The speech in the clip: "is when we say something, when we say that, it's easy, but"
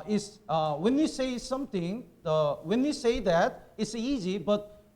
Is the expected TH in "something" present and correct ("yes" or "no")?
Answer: no